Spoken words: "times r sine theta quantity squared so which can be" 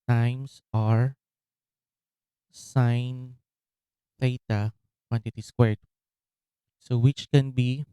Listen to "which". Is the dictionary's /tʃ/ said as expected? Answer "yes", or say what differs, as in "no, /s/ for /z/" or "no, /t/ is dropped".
yes